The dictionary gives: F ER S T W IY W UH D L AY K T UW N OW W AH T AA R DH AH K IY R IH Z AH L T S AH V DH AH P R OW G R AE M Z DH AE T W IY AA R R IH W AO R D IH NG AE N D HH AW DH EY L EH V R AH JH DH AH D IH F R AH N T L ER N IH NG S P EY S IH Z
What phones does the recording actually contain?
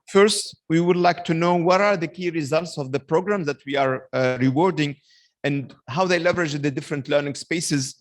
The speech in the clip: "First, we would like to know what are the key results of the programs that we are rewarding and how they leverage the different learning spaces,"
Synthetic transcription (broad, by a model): F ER S T W IY W UH D L AY K T UW N OW W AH T AA R DH AH K IY R IH Z AH L T S AH V DH AH P R OW G R AE M Z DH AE T W IY AA R R IH W AO R D IH NG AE N D HH AW DH EY L EH V R AH JH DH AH D IH F R AH N T L ER N IH NG S P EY S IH Z